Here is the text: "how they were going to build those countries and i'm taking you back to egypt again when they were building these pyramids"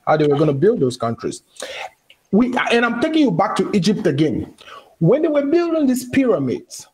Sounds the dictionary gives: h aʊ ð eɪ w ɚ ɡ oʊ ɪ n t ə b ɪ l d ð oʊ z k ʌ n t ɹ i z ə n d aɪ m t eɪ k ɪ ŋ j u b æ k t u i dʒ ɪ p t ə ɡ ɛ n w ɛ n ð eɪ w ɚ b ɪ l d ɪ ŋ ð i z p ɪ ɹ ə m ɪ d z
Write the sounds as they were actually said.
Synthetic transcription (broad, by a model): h aʊ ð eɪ w ɚ ɡ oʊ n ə b ɪ l d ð oʊ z k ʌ n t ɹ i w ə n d aɪ m t eɪ k ɪ ŋ j u b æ k t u i dʒ ɪ p t ə ɡ ɛ n w ɛ n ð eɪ w ɚ b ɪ l d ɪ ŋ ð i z p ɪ ɹ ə m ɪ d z